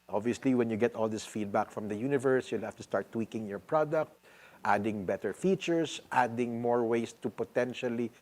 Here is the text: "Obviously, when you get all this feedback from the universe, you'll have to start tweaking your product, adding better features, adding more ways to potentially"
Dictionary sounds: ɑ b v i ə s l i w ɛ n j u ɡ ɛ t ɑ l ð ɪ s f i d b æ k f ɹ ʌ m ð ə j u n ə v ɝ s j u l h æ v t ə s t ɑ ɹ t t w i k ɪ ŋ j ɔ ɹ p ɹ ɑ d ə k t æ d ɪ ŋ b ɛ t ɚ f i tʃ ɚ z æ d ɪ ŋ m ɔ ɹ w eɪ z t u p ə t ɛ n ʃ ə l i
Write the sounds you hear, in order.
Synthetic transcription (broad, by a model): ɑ b v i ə s l i w ɛ n j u ɡ ɛ t ɑ l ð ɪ s f i d b æ k f ɹ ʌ m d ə j u n ə v ɝ s j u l h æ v t ə s t ɑ ɹ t t w i k ɪ ŋ j ɔ ɹ p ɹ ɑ d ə k t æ d ɪ ŋ b ɛ t ɚ f i tʃ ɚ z æ d ɪ ŋ m ɔ ɹ w eɪ s t u p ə t ɛ n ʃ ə l i